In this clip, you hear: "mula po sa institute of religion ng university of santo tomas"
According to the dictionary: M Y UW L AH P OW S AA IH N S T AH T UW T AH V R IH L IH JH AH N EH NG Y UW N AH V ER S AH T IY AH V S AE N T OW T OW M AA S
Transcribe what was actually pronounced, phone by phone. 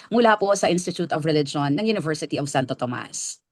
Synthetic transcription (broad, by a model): M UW L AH P OW S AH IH N S T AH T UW T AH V R IH L IH JH AH N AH NG Y UW N AH V ER S AH T IY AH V S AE N T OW T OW M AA S